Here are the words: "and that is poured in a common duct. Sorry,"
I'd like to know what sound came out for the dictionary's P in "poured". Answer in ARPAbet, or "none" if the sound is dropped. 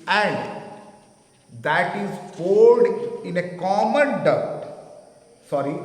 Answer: F